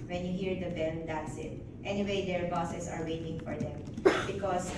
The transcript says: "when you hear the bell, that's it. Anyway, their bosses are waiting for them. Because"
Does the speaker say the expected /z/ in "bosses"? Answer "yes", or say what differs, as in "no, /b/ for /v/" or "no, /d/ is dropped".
no, /s/ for /z/